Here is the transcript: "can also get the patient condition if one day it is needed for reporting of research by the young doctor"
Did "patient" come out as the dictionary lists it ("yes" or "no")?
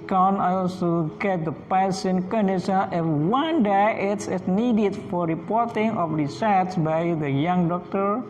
no